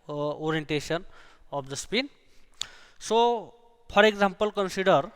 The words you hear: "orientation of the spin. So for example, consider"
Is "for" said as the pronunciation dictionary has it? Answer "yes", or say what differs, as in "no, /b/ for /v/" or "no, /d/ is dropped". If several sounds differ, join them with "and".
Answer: no, /p/ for /f/